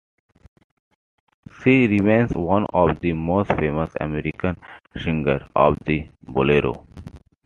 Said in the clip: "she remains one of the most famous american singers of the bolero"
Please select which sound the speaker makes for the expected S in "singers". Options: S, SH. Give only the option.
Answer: SH